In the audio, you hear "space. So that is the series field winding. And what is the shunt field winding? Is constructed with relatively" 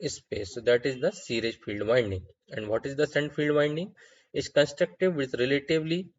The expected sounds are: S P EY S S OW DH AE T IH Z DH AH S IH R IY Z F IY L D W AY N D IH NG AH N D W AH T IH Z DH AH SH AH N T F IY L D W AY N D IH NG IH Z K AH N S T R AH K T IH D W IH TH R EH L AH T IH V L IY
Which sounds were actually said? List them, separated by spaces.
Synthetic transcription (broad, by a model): S P EY S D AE T IH Z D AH S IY R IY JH F IY L D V AY N D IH NG AH N D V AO T IH Z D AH S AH N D F IY L D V AY N D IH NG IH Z K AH N S T R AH K T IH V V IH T R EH L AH T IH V L IY